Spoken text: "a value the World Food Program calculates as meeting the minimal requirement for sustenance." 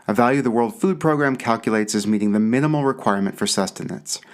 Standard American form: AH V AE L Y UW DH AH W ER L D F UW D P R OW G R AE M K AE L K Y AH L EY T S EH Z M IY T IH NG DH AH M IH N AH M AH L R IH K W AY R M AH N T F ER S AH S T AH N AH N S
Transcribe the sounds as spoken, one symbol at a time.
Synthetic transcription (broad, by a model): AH V AE L Y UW DH AH W ER L D F UW D P R OW G R AE M K AE L K Y AH L EY T S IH Z M IY T IH NG DH AH M IH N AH M L R IH K W AY R M AH N T F ER S AH S T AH N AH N S